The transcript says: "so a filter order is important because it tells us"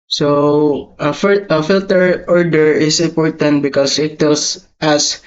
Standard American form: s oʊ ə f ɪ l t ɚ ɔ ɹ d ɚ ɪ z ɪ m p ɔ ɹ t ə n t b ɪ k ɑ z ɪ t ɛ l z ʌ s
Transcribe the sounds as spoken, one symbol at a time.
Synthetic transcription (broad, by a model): s oʊ ə f ɪ l t ɚ ɔ ɹ d ɚ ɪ s ɪ m p ɔ ɹ t ə n t b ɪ k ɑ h ɪ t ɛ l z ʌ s